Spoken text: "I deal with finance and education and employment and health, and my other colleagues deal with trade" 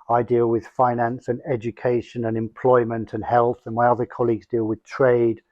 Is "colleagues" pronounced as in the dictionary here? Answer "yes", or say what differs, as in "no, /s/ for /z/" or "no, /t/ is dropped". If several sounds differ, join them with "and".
yes